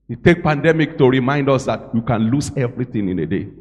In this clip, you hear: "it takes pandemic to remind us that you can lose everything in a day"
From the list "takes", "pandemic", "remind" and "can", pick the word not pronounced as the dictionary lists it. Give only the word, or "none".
takes